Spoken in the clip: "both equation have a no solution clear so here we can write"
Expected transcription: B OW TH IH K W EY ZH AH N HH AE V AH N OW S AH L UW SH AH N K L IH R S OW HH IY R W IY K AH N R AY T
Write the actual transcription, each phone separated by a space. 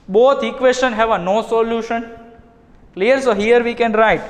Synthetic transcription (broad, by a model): B OW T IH K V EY S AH N HH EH V AH N OW S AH L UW SH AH N K L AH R S OW HH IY R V IY K AH N R AY T